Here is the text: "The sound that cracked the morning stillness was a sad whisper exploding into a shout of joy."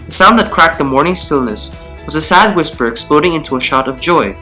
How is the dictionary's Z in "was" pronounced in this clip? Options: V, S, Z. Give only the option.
Z